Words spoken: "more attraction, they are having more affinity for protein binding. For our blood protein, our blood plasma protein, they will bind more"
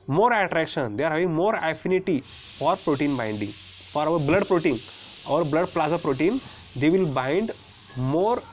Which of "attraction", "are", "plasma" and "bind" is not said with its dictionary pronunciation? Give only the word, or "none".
plasma